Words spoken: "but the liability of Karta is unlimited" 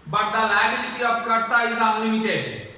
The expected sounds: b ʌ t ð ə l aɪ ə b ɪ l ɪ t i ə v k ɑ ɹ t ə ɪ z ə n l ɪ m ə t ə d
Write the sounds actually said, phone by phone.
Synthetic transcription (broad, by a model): b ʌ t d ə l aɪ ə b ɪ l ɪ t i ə p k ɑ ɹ t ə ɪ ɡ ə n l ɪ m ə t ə